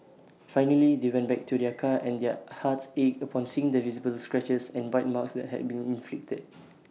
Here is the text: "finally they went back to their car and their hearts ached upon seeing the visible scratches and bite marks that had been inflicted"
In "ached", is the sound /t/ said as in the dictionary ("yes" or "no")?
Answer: no